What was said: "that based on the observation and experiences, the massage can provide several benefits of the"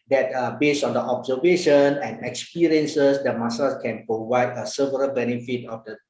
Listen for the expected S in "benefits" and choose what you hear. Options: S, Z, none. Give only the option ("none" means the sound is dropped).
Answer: none